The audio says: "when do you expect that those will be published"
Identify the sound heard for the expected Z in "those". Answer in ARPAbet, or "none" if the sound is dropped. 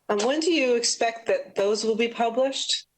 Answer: Z